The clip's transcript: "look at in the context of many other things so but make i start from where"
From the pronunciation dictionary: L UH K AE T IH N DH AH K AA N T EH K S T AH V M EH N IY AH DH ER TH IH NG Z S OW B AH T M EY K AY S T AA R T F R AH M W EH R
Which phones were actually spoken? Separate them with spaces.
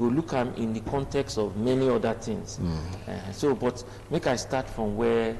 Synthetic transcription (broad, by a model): L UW K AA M IH N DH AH K AA N T EH K S T AH V M EH N IY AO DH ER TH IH NG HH S OW B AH T M EY K AY S T AA T F R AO M W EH